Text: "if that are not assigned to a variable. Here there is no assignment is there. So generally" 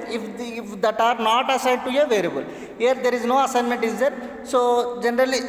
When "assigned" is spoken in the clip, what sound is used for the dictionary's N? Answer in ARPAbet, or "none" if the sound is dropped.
none